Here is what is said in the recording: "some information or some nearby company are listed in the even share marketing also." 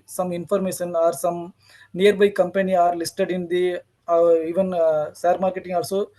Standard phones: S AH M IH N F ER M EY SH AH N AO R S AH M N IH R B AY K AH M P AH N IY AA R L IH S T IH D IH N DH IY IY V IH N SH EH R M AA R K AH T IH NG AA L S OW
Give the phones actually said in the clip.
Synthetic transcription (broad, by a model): S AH M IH N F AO M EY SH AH N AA R S AH M N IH R B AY K AH M P AH N IY AA R L IH S T IH D IH N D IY IY V IH N S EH R M AA R K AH T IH NG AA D S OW